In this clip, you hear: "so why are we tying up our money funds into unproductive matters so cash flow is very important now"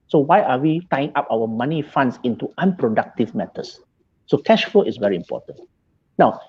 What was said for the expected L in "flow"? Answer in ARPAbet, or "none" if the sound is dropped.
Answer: none